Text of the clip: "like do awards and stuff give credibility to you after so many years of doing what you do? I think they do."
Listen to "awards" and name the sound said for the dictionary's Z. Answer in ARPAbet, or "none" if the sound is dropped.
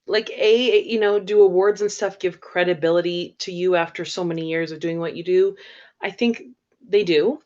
Z